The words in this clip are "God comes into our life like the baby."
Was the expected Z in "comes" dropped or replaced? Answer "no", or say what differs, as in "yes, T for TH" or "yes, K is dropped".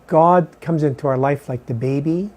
no